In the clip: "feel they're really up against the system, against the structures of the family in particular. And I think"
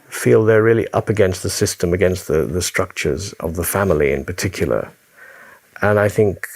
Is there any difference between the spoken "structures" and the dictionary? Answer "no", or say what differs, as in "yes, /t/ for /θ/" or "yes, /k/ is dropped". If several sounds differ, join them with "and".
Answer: no